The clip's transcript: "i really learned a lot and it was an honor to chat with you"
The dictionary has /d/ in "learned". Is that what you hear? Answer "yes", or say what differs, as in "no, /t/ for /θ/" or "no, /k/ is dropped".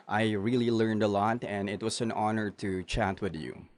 yes